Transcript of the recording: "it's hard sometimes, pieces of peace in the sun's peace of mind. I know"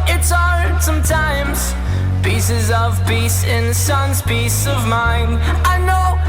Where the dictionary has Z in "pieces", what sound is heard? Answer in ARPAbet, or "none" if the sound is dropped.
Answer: Z